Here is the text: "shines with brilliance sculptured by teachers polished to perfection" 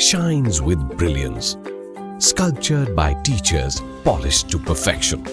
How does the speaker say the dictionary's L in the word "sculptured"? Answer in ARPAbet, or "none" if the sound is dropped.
L